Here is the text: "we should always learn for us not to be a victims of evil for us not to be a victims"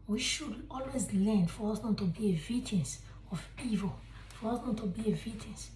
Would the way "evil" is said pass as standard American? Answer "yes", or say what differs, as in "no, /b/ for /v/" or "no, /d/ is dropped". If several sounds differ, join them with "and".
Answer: yes